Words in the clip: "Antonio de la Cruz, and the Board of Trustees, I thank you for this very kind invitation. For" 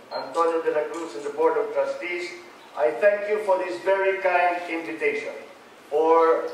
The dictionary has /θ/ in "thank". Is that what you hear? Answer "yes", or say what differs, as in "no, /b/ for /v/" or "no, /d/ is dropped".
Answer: no, /t/ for /θ/